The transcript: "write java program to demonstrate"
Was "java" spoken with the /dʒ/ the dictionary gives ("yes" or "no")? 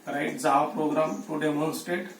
no